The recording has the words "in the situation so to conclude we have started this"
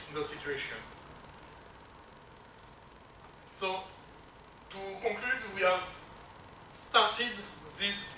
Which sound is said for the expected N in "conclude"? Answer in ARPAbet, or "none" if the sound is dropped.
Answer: none